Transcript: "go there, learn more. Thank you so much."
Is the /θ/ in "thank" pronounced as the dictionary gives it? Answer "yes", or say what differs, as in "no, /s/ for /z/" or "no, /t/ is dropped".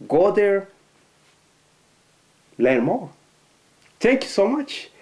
no, /t/ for /θ/